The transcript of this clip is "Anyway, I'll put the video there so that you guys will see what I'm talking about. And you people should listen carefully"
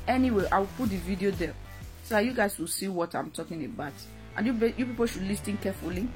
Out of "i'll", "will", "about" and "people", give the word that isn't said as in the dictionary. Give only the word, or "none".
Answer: i'll